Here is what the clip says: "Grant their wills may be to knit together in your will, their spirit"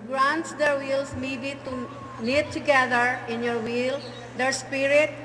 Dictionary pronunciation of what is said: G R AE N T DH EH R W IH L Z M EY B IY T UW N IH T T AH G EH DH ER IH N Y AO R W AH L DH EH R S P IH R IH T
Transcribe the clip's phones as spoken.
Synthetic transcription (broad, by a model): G R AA N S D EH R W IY L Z M EY B IY T UW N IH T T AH G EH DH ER IH N Y AO R W AH L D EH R S P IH R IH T